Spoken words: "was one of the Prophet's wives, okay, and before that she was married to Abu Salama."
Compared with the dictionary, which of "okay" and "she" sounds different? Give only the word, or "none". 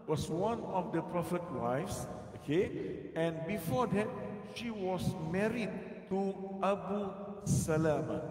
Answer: none